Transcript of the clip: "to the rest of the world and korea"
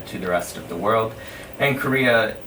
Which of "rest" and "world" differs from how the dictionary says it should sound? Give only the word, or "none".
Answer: none